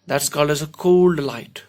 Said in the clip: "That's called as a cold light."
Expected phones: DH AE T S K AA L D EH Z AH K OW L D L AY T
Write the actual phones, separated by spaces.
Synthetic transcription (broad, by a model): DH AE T S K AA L AH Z AH K OW L D L AY T